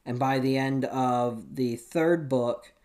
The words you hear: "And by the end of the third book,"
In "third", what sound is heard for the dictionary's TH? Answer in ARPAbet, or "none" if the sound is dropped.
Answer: TH